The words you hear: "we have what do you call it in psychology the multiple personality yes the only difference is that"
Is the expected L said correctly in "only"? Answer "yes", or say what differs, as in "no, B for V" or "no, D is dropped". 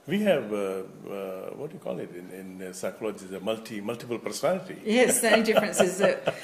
no, L is dropped